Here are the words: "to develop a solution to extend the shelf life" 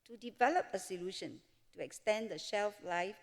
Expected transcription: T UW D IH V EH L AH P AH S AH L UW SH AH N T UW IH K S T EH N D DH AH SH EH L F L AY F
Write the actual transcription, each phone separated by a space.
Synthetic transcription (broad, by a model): T UW D IH V EH L AH P AH S AH L UW SH AH N T UW IH K S T EH N D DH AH SH EH L F L AY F